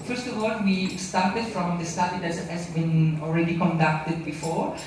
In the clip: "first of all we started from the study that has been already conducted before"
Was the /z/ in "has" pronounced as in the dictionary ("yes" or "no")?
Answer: no